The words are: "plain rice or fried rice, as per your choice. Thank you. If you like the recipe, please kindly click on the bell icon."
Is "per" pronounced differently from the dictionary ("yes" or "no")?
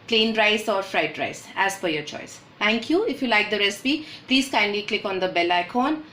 yes